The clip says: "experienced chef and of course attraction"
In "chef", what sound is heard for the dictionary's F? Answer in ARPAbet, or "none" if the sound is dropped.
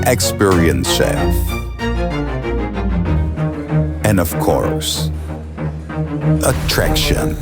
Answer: none